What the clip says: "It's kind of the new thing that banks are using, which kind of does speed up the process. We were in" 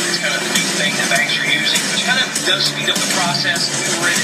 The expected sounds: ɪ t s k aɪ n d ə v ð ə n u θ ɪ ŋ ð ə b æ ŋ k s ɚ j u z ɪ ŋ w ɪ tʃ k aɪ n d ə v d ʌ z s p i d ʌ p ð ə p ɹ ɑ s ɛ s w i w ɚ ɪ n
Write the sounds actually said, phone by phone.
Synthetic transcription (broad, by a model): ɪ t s k aɪ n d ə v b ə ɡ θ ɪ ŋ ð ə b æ k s ɚ j u z ɪ ŋ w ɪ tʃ k aɪ n d ə v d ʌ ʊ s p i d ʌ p ð ə p ɹ ɑ s ɛ s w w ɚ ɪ